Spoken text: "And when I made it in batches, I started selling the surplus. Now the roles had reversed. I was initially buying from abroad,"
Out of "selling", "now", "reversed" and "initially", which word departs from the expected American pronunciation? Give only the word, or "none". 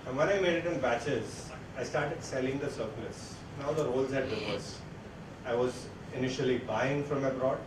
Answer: reversed